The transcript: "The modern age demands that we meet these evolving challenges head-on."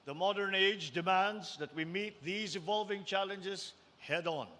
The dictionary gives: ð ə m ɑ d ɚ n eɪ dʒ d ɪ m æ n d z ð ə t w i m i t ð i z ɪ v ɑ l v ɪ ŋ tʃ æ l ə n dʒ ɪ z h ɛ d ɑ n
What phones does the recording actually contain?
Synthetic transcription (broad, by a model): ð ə m ɑ d ɚ n eɪ dʒ d ɪ m æ n d z ð ə t w i m i t ð i z ɪ v ɑ l v ɪ ŋ tʃ æ l ə n dʒ ɪ z h ɛ d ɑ n